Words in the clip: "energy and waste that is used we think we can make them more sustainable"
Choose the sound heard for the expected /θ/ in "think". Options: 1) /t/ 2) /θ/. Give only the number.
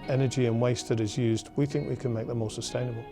2